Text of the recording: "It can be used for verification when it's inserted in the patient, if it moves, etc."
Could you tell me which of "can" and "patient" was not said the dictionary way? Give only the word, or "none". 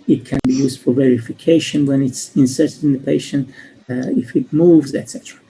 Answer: none